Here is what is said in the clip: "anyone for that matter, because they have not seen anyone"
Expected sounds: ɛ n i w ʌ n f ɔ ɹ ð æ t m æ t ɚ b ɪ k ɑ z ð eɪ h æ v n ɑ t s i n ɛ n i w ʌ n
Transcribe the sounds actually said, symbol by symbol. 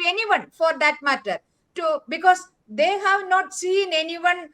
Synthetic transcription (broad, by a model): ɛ n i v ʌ n f ɔ ɹ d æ t m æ t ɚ b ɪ k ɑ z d eɪ h æ v n ɑ t s i n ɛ n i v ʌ n